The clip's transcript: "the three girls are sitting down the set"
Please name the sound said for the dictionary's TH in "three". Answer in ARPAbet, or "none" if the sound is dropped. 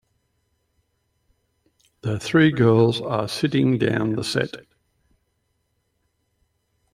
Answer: TH